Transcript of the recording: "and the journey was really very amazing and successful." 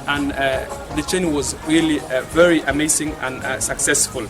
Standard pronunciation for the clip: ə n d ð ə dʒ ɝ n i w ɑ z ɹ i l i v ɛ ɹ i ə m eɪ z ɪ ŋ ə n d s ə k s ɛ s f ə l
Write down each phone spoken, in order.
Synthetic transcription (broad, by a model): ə n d ð ə tʃ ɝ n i w ɑ z ɹ i l i v ɛ ɹ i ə m eɪ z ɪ ŋ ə n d s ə k s ɛ s f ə l